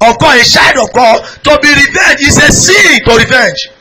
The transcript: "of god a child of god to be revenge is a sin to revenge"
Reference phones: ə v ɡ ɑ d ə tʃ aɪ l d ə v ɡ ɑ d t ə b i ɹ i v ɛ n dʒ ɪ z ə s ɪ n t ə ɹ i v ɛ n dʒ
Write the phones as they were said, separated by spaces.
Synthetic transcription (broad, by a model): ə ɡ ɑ ə ʃ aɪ d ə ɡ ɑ t ə b i ɹ i v ɛ n dʒ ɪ s ə s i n t ə ɹ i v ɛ n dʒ